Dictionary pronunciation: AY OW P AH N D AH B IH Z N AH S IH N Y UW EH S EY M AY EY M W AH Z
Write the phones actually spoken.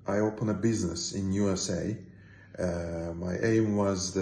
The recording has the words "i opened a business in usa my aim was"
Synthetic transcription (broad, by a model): AY OW P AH N AH B IH Z N AH S IH N Y UW EH S EY M AY EY M W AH Z